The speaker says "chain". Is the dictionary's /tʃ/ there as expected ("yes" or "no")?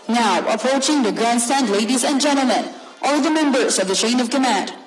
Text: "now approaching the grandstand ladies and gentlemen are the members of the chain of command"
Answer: no